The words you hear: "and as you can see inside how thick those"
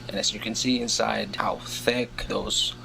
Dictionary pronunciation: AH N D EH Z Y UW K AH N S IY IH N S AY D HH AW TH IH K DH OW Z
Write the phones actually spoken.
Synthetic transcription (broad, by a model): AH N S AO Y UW K AH N S IY IH N S AY D HH AW TH IH K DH OW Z